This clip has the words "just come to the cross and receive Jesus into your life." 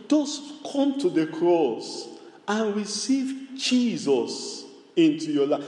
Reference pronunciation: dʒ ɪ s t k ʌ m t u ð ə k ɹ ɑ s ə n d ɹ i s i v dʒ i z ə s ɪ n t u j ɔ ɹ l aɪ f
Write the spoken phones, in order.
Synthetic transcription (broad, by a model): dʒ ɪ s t k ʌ m t u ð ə k ɹ ɑ s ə n ɹ i s i v dʒ i z ə s ɪ n t u j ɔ l aɪ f